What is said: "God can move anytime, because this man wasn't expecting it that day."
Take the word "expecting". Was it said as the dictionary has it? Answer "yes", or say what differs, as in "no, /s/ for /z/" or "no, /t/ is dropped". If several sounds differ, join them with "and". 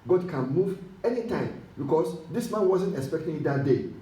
yes